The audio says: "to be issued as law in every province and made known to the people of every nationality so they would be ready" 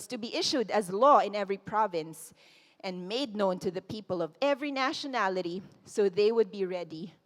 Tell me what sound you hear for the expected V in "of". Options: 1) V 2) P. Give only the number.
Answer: 1